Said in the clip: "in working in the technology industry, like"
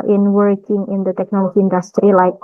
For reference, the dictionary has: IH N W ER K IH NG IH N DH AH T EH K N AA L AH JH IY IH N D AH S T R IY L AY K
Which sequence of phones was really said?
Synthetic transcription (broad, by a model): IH N W ER K IH NG IH N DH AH T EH K N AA L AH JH IY IH N D AH S T R IY L AY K